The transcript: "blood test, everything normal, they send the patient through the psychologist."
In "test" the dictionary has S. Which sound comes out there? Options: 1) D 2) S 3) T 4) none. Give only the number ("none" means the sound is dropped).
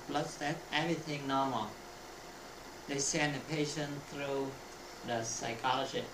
4